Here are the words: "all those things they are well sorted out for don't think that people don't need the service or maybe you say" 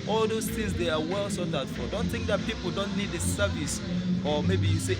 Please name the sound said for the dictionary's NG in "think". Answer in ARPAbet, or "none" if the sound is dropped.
NG